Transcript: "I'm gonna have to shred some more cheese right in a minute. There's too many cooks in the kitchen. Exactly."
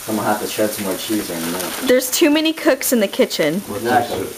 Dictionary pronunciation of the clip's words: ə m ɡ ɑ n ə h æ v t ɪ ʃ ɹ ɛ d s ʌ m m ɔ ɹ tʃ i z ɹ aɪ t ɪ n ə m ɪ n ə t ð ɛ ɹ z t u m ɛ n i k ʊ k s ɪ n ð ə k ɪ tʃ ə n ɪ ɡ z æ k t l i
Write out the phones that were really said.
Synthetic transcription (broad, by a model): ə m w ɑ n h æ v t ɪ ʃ ɛ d s ʌ m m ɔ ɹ tʃ i z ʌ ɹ ɪ n ə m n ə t ð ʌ ɹ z t u m ɛ n i k ʊ k s ɪ n ð ə k ɪ tʃ ə n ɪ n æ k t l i